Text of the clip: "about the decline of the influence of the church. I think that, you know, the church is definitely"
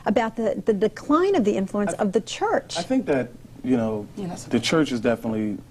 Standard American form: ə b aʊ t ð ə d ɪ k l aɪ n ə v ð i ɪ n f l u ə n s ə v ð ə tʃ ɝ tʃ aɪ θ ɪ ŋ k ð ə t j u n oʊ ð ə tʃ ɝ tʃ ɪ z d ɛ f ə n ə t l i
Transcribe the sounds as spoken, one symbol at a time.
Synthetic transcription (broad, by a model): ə b aʊ t ð ə d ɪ k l aɪ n ə v ð i ɪ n f l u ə n s ə v ð ə tʃ ɝ tʃ aɪ θ ɪ ŋ k ð ə t j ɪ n oʊ ð ə tʃ ɝ tʃ ɪ z d ɛ f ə n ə t l i